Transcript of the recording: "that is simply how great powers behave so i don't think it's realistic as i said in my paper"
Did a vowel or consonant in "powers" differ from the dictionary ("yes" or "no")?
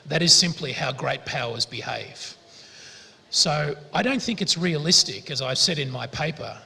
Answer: no